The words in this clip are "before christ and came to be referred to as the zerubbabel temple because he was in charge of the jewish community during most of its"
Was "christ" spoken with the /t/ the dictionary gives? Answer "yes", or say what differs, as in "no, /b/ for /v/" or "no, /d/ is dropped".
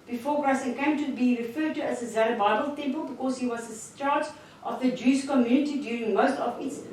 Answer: no, /t/ is dropped